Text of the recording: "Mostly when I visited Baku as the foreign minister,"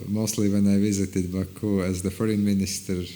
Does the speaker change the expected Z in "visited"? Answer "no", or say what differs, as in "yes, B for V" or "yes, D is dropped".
no